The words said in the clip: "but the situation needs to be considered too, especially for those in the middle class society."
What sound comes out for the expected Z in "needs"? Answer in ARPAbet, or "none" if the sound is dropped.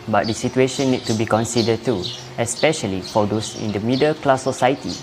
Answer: none